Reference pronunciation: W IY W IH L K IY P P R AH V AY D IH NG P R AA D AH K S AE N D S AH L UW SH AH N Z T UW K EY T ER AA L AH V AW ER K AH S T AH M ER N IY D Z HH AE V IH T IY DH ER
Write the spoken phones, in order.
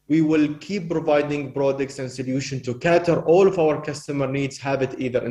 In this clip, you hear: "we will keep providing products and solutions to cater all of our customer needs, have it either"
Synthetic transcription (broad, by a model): W IY W IH L K IY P P R AH V AY D IH NG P R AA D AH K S AE N D S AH L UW SH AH N T UW K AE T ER AA L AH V AW ER K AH S T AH M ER N IY D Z HH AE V IH T IY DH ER